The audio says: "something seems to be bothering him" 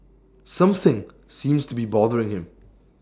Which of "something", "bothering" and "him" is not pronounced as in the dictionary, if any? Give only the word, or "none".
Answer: none